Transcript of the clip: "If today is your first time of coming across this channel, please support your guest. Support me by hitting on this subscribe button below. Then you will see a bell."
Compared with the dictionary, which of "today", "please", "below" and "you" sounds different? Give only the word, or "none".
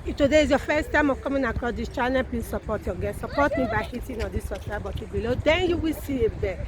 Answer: please